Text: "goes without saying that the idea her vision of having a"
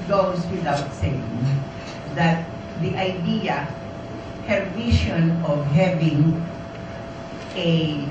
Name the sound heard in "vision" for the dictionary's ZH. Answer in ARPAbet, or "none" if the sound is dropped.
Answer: SH